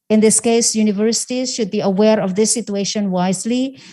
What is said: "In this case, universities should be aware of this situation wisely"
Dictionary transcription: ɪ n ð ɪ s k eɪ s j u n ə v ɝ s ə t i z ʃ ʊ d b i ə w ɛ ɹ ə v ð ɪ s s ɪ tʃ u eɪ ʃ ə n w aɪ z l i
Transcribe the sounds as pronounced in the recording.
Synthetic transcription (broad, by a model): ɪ n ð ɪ s k eɪ s j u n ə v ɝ s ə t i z ʃ ʊ d b i ə w ɛ ɹ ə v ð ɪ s s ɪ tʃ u eɪ ʃ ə n w aɪ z l i